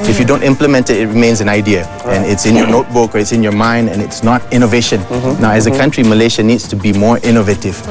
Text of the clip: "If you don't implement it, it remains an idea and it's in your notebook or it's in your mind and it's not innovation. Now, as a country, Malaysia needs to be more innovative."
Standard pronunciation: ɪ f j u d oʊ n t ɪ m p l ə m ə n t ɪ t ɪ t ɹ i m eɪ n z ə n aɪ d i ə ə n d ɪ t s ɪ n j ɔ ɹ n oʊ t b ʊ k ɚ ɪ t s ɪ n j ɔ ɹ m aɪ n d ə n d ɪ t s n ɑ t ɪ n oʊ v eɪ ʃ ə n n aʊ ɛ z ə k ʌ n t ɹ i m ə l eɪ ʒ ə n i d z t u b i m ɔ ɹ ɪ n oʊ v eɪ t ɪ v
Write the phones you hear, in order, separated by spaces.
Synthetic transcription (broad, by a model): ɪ f j u d oʊ n t ɪ m p l ə m ə n t ɪ t ɪ t ɹ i m eɪ n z ə n aɪ d i ə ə n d ɪ t s ɪ n j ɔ n oʊ t b ʊ k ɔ ɪ t s ɪ n j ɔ m aɪ n d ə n ɪ t s n ɑ t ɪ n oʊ v eɪ ʃ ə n n aʊ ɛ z ə k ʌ n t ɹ i m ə l eɪ ʃ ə n i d s t u b i m ɔ ɹ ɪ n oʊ v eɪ t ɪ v